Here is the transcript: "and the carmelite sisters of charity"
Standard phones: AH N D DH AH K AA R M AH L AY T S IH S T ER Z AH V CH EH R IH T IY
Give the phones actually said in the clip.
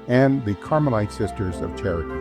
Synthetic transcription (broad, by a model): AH N DH AH K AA R M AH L AY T S IH S T ER Z AH V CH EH R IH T